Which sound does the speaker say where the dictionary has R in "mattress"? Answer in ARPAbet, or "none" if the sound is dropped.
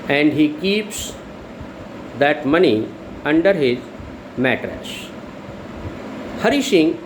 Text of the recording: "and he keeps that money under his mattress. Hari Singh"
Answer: R